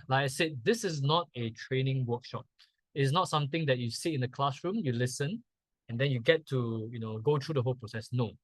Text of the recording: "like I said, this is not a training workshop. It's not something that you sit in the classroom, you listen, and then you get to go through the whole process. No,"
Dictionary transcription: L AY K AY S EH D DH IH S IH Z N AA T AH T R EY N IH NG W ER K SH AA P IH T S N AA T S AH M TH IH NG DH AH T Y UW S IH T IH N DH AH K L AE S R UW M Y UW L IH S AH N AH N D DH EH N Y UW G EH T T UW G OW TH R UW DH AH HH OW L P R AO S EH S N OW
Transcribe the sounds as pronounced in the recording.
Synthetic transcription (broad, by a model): L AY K AY S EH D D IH S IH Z N AA T AH T R EY N IH NG W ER K SH AA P IH T S N AA T S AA M T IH NG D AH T Y UW S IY IH N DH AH K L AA S R UW M Y UW L IH S AH N AH N D EH N Y UW G EH T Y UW G OW T R UW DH AH HH OW L P R AO S EH S N OW